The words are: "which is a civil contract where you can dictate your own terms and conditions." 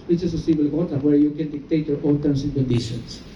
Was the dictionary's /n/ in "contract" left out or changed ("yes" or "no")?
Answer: yes